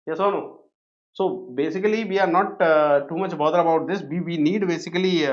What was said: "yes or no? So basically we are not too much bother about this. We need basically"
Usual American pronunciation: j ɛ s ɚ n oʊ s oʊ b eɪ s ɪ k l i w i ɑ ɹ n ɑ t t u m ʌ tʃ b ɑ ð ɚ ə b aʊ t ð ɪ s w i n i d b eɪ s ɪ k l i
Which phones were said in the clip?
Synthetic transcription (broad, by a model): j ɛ s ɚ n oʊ s oʊ b eɪ s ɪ k l i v i ɑ ɹ n ɑ t t u m ʌ tʃ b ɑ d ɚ ə b aʊ t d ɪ s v i n i d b eɪ s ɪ k l i